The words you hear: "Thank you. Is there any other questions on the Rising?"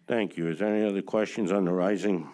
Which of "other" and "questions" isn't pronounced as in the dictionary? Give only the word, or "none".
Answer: none